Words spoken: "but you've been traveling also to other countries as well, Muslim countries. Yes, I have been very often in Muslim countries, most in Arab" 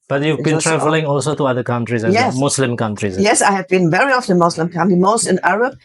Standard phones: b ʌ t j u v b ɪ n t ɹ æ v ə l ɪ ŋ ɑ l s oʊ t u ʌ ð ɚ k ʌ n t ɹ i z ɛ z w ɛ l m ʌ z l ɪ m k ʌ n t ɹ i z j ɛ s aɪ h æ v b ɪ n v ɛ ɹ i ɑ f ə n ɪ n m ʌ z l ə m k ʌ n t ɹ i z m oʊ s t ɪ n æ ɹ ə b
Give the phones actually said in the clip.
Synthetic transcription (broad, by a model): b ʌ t j u v b ɪ n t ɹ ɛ v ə l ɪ ŋ ɑ l s oʊ t u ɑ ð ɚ k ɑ n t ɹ i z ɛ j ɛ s m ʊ s l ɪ m k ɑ n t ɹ i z j ɛ s aɪ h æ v b ɪ n v ɛ ɹ i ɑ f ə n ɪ m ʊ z l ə m k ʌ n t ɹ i m oʊ s t ɪ n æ ɹ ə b